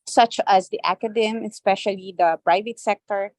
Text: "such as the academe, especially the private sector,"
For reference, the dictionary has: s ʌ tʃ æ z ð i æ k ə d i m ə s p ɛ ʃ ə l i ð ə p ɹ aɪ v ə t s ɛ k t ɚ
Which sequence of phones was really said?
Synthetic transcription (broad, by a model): s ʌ tʃ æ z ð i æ k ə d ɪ m ə s p ɛ ʃ ə l i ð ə p ɹ aɪ v ə t s ɛ k t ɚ